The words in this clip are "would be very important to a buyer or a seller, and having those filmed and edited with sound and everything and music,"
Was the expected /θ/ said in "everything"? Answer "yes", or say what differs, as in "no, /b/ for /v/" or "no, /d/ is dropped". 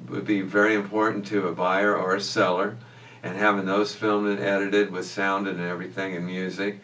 yes